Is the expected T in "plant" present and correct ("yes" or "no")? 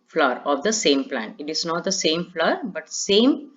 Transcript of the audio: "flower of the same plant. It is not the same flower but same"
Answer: yes